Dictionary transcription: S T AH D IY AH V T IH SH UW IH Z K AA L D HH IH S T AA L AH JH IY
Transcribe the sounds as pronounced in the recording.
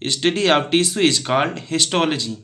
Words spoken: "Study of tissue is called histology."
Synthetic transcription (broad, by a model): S T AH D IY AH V T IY S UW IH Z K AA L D HH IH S T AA L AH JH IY